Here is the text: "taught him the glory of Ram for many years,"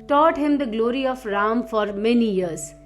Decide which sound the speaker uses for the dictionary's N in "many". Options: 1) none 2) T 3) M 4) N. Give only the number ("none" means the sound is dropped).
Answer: 4